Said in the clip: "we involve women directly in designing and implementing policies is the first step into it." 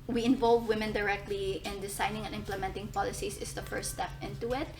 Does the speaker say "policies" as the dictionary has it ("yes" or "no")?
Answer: no